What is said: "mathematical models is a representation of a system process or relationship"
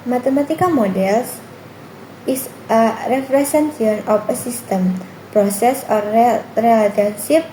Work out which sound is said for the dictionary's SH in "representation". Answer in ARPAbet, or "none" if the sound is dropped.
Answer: none